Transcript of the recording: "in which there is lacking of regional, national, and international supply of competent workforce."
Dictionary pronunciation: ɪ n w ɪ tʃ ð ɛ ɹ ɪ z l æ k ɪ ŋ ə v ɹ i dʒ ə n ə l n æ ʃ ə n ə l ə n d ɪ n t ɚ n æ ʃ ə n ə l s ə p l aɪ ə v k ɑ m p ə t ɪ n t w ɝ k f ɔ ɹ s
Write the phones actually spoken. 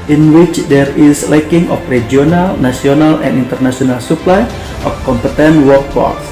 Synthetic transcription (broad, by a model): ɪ n w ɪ tʃ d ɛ ɹ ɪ s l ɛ k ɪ ŋ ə f ɹ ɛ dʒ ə n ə l n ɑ s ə n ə l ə n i n t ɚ n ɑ s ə n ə l s ə p l aɪ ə f k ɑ m p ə t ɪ n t w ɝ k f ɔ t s